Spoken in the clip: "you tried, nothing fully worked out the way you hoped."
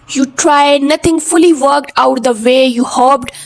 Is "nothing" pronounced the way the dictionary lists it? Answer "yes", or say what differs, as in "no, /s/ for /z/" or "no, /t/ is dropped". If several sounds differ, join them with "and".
no, /t/ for /θ/